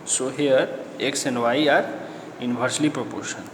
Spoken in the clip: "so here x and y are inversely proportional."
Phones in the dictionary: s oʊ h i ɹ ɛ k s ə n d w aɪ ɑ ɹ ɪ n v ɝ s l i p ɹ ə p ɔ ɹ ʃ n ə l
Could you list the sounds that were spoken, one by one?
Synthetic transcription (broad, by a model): s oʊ h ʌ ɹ ɛ k s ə n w aɪ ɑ ɹ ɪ n b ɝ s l i p ɹ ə p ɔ ɹ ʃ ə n